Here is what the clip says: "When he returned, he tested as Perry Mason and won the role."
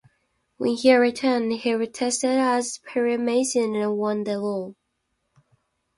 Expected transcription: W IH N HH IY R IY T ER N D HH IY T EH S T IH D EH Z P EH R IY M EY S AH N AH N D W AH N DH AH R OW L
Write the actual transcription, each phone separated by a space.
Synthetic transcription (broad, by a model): W IH N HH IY R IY T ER N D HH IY T EH S T IH D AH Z P EH R IY M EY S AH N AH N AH W AH N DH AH L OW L